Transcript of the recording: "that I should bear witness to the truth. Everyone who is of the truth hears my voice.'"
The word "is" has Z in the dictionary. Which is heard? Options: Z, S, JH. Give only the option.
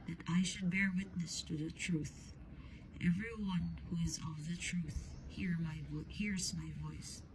Z